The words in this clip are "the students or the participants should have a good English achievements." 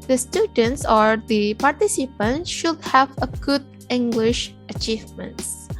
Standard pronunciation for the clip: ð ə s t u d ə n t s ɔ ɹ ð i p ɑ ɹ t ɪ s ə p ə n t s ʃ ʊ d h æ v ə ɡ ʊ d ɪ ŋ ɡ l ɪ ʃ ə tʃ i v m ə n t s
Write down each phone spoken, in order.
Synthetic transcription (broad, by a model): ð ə s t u d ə n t s ɔ ɹ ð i p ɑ ɹ t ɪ s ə p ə n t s ʃ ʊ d h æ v ə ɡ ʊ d ɪ ŋ ɡ l ɪ ʃ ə tʃ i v m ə n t s